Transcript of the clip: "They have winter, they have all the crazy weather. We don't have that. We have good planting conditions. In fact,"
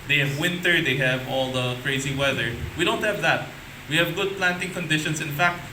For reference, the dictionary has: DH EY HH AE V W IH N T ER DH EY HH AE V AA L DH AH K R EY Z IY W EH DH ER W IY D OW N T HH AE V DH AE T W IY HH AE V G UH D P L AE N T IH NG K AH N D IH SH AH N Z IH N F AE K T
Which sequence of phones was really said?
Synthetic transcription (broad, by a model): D EY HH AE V W IH N T ER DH EY HH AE V AA L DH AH K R EY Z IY W EH DH ER W IY D OW N T HH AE V DH AE T W IY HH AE V G UH D P L AE N T IH NG K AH N D IH SH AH N S IH N F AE K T